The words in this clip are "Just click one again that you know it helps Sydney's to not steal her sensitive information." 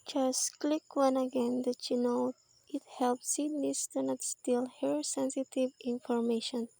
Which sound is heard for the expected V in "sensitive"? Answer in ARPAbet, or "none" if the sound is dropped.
V